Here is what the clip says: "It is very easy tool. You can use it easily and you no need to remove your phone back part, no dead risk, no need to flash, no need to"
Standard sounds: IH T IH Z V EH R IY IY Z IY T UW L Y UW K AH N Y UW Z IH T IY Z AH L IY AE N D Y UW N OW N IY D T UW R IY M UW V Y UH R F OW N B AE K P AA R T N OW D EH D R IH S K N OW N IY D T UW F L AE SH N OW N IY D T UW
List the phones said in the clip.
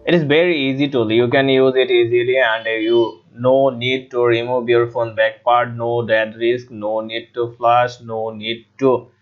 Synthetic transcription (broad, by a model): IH T IH Z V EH R IY IY Z IY T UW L Y UW K AH N Y UW Z IH T IY Z AH L IY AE N D Y UW N OW N IY D T UW R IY M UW B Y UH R F OW N B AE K P AA R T N OW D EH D R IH S K N OW N IY D T UW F L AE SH N OW N IY D T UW